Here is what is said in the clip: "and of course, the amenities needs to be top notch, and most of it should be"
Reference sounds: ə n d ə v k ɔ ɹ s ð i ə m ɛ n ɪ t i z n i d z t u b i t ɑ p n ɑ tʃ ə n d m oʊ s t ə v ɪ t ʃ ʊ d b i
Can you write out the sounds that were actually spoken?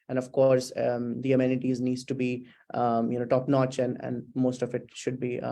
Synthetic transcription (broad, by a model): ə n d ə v k ɔ ɹ s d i ə m ɛ n ɪ t i z n i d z t u b i t ɑ p n ɑ tʃ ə n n m oʊ s t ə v ɪ t ʃ ʊ d b i